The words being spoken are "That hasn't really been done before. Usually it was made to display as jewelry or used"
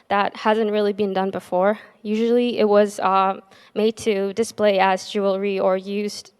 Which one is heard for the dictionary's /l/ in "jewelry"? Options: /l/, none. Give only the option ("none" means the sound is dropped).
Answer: /l/